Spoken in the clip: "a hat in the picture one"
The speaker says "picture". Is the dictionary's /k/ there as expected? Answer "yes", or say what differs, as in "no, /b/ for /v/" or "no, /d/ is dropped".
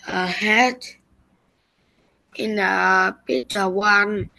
no, /k/ is dropped